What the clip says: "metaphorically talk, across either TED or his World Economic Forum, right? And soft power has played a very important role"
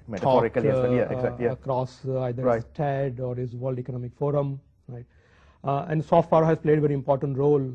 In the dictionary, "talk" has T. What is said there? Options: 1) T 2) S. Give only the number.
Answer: 2